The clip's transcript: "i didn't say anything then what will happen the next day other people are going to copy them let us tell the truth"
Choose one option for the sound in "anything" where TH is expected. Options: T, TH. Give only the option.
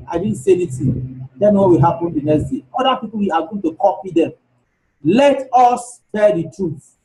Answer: T